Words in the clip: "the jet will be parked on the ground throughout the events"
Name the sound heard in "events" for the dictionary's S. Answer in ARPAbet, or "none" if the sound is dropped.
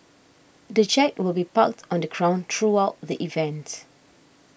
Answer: none